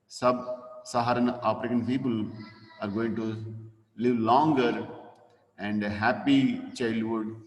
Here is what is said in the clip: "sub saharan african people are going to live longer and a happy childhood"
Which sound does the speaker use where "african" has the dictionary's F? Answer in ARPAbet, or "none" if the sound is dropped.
P